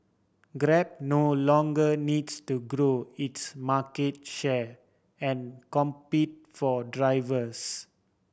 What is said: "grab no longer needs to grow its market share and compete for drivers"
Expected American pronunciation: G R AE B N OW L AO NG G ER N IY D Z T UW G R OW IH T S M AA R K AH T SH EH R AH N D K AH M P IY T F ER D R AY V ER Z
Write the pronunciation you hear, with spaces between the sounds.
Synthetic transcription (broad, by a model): G R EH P N OW L AO NG G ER N IY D S T UW G R OW IH T S M AA K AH T SH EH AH N K AH M P IY T F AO D R AY V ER S